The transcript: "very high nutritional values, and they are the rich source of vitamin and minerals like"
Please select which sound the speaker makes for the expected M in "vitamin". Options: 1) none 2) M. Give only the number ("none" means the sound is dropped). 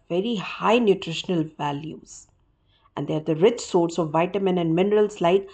2